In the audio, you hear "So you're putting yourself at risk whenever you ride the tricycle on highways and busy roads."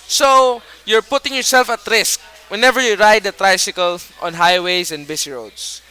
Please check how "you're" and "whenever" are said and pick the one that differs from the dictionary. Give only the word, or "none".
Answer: none